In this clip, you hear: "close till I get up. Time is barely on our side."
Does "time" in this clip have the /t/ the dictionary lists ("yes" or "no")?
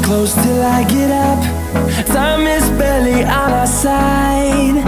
no